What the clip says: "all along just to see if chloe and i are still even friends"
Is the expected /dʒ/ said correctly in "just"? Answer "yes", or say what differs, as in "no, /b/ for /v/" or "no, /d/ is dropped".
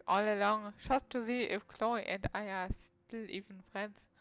no, /ʃ/ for /dʒ/